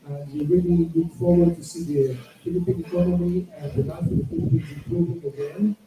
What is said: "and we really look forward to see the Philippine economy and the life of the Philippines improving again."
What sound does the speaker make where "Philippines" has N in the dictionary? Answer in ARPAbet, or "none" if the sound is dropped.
none